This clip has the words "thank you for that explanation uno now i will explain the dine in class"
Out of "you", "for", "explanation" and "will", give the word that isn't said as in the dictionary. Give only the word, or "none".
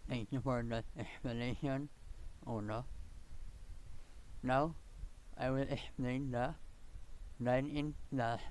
explanation